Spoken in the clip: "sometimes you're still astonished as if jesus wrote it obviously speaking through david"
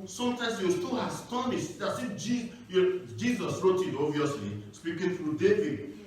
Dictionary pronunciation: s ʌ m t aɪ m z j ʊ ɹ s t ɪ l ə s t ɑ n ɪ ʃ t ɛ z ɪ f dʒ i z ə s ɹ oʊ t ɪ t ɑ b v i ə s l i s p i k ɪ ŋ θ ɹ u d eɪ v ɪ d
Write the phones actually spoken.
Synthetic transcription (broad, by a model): s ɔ m t aɪ m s j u s t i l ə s t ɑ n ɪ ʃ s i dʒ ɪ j dʒ i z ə s ɹ oʊ t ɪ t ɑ v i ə s l i s p i k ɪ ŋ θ ɹ u d eɪ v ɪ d